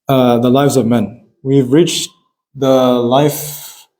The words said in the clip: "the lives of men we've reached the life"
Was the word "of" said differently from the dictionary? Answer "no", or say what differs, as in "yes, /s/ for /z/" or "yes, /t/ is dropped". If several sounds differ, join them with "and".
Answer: no